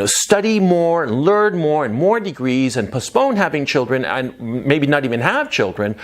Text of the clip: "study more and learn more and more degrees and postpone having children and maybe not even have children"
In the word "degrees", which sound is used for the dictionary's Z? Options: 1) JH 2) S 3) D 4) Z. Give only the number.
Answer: 4